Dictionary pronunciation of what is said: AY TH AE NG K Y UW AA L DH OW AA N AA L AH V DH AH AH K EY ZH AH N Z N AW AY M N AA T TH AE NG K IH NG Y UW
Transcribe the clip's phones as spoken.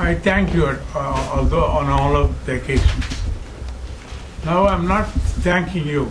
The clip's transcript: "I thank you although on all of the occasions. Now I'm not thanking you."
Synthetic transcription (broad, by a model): AY T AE NG K Y UW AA L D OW AA N AA L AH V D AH K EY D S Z N AW AY M N AA T T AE NG K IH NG Y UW